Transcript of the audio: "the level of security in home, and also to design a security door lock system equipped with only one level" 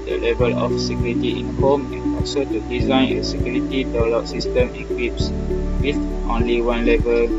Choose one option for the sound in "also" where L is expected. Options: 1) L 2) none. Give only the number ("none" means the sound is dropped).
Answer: 2